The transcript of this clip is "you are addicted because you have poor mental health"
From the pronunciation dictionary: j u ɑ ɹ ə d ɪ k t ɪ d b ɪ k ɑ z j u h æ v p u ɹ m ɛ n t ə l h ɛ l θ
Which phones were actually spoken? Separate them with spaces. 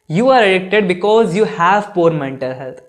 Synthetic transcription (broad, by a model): j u ɑ ɹ ə d ɪ k t ɪ d b ɪ k ɑ z j u h æ v p u ɹ m ɛ n t ə l h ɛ l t